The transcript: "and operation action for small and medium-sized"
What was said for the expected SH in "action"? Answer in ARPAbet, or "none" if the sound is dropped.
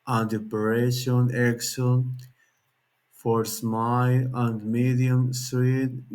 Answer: S